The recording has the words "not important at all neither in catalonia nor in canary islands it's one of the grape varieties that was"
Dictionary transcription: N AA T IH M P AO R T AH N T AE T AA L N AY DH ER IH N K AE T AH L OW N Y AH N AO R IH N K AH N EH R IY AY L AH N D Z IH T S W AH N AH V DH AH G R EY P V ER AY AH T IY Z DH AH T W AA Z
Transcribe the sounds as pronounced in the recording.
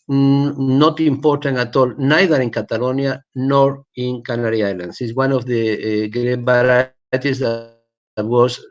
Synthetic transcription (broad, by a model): N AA T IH M P AO R T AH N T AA T AA L N AY DH ER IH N K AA T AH L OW N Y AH N AO R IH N K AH N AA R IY AY L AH N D S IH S W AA N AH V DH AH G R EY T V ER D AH T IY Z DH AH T W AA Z